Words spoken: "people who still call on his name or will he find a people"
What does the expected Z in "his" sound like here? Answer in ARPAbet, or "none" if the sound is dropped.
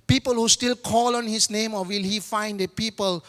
S